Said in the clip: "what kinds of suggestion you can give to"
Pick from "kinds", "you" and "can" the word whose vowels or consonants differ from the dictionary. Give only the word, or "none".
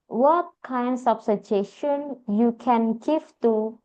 kinds